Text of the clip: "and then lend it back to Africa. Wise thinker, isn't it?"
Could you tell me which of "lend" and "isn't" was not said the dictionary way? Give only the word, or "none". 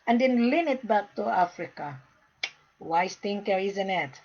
lend